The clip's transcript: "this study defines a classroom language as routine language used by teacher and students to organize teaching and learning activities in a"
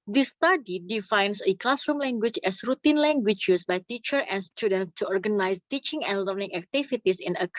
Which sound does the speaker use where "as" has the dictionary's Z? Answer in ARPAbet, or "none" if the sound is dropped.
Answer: S